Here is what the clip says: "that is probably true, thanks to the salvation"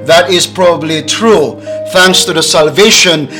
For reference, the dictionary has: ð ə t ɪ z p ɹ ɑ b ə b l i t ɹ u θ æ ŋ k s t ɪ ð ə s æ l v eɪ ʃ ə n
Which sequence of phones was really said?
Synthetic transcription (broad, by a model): ð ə t ɪ z p ɹ ɑ b ə b l i t ɹ u θ æ ŋ k s t ɪ ð ə s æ l v eɪ ʃ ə n